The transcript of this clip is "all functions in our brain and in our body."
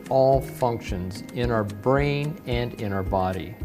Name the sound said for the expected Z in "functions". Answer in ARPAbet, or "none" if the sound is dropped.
Z